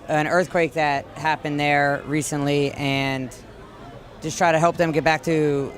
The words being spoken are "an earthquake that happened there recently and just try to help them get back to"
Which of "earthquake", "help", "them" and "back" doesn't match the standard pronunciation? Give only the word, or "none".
none